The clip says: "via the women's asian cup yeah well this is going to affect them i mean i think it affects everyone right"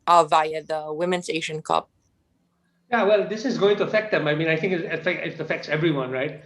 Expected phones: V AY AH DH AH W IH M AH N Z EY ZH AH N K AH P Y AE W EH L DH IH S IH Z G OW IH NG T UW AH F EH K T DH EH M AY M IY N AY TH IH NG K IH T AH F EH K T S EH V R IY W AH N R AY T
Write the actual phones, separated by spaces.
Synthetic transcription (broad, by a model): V AY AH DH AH W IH M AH N S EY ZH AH N K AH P Y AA W EH L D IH S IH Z G OW IH NG T UW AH F EH K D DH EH M AY M IY N AY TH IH NG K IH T AH F EH K T S EH V R IY W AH N R AY T